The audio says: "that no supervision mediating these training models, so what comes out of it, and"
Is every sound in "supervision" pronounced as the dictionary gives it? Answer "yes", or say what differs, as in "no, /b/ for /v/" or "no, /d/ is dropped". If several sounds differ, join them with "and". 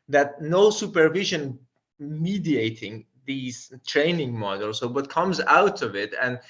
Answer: yes